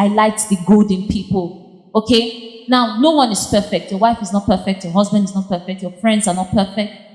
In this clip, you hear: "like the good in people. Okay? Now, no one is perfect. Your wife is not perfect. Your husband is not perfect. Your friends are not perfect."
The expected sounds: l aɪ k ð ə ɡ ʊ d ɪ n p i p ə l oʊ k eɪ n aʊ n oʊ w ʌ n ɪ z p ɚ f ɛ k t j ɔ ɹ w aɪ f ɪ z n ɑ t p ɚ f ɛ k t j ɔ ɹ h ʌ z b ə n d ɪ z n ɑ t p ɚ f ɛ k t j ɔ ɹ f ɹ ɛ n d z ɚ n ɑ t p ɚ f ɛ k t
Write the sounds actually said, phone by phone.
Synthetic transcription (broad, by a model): l aɪ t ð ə ɡ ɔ d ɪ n p i p ə l oʊ k eɪ n aʊ n oʊ w ʌ n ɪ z p ɚ f ɛ k t j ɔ w aɪ f ɪ z n ɑ t p ɚ f ɛ k t j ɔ h ʌ z b ə n d ɪ z n ɑ t p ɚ f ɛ k t j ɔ f ɹ ɛ n d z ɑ n ɑ t p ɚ f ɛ k t